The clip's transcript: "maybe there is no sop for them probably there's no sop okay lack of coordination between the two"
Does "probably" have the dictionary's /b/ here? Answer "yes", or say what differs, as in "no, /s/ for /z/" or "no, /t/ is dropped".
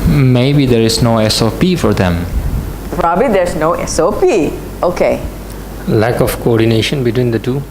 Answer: yes